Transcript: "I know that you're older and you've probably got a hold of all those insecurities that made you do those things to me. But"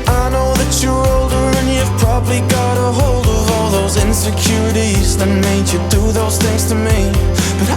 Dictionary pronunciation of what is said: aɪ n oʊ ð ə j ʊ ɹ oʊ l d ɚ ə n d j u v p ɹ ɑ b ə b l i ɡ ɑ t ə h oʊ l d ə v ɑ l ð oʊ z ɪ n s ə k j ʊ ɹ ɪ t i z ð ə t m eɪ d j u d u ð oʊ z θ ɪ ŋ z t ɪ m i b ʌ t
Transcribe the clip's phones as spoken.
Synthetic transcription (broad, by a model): aɪ n oʊ ð ə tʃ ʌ ɹ oʊ l d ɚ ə n j u v p ɹ ɑ b ə b l i ɡ ɑ t ə h oʊ l d ə v ɑ l ð oʊ z ɪ n s ə k j ʊ ɹ ɪ t i z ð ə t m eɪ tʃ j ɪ d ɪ ð oʊ z θ ɪ ŋ z t ɪ m i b ʌ t